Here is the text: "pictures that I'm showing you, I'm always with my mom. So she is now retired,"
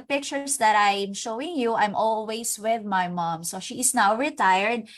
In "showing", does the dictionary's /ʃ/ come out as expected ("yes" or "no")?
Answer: yes